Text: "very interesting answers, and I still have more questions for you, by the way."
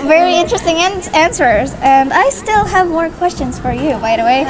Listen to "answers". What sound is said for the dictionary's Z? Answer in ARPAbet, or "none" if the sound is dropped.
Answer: Z